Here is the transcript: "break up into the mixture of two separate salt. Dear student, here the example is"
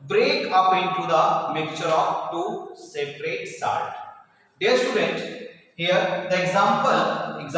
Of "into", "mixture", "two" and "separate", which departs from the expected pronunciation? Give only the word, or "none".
mixture